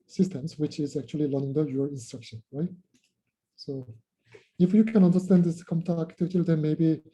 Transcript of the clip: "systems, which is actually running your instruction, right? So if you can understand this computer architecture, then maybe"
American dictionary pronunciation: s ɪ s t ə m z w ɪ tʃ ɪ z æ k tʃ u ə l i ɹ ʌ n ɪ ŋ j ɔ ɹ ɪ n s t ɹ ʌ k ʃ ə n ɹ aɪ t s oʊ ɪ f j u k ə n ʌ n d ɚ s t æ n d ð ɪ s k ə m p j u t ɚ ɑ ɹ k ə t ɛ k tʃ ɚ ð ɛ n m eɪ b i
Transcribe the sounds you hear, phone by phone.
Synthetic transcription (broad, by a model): s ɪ s t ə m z w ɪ tʃ ɪ z æ k tʃ u ə l i l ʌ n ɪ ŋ j ɔ ɹ ɪ n s t ɹ ʌ k ʃ ə n ɹ aɪ t s oʊ ɪ f j u k ə n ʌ n d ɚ s t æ n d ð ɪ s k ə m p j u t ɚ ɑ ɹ k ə t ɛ k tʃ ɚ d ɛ n m eɪ b i